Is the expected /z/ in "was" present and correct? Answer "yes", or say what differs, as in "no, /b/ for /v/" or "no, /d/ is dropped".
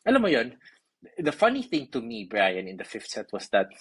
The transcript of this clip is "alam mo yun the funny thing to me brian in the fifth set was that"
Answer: no, /s/ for /z/